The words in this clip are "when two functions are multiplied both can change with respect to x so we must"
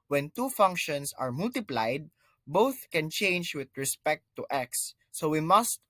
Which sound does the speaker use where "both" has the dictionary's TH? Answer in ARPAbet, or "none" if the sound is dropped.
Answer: TH